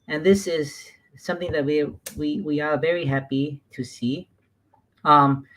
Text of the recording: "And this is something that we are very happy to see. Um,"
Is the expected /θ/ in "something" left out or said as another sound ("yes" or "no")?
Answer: no